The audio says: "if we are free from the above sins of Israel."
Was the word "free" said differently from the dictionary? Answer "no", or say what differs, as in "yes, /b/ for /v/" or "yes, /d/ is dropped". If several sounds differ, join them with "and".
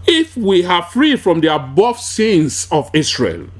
no